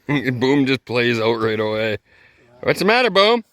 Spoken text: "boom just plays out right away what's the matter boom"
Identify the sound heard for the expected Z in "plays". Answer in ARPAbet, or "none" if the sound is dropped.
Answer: Z